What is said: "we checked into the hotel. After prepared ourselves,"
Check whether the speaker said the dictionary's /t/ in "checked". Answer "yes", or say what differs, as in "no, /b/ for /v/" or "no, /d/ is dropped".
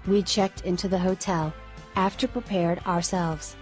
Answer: yes